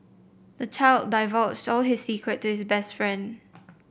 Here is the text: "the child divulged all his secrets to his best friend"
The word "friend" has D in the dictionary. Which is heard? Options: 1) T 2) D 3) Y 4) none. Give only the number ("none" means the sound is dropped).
2